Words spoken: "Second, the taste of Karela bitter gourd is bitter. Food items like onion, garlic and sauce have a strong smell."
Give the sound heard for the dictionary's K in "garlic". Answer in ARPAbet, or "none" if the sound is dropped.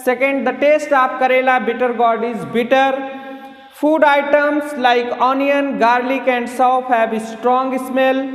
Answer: K